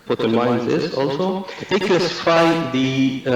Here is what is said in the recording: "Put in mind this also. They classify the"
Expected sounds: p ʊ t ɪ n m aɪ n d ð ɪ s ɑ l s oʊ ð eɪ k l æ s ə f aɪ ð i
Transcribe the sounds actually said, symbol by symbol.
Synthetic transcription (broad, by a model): p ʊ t ɪ n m aɪ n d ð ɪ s ɑ l s oʊ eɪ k æ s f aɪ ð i